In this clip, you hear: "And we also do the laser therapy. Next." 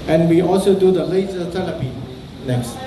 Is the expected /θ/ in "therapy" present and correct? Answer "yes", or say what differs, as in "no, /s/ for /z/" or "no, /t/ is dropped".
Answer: no, /t/ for /θ/